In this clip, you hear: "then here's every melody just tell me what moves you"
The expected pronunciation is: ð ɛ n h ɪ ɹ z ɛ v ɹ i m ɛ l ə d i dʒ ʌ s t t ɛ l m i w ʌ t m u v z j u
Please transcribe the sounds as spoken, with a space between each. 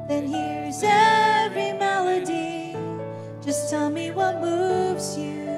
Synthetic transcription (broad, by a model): ð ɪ n h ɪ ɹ z ɛ v ɹ i m ɛ l ə d i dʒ ʌ s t t ɛ l m i w ʌ t m u v z j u